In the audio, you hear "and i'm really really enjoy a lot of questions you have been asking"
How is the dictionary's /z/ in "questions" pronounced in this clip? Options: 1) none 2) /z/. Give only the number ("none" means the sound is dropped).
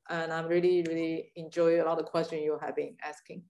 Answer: 1